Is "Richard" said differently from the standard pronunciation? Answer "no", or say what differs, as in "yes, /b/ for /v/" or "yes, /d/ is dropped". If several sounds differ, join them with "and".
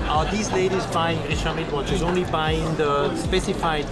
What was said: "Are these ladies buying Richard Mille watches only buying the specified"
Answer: yes, /ʃ/ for /tʃ/